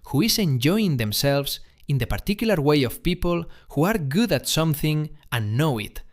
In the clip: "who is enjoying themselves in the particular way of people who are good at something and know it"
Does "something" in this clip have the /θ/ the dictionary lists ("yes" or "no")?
yes